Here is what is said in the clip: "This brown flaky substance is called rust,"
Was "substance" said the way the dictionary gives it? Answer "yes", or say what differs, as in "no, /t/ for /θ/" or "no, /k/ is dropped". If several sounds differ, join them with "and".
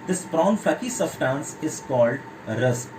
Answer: no, /b/ is dropped